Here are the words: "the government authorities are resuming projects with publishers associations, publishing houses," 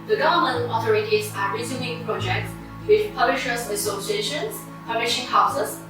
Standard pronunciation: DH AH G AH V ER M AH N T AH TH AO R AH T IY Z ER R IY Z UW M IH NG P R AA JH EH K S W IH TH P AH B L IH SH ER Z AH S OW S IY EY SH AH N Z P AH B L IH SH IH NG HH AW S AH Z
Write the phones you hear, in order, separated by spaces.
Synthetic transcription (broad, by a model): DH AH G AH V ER M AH N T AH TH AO R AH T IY S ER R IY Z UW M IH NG P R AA JH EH K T W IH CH P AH B L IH SH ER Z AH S OW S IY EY SH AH N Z P AH B L IH SH IH NG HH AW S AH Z